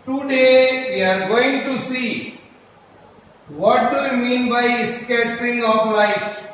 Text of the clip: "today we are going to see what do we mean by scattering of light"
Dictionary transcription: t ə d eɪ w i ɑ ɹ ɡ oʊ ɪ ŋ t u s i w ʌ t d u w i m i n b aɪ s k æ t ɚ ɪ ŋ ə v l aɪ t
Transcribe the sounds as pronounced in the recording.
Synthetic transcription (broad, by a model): t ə d eɪ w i ɑ ɹ ɡ oʊ ɪ ŋ t u s i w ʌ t d u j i m i n b aɪ s k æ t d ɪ ŋ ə p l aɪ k